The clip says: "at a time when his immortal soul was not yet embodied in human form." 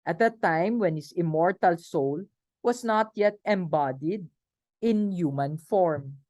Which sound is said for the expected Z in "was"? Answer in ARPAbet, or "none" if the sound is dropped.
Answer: S